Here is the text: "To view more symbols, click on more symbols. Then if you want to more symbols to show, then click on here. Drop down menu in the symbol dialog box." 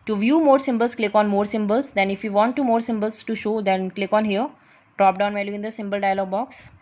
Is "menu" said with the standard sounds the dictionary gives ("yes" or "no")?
no